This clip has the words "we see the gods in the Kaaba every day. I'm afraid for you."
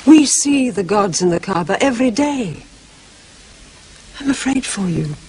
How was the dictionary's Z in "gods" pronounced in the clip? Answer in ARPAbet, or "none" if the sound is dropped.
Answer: Z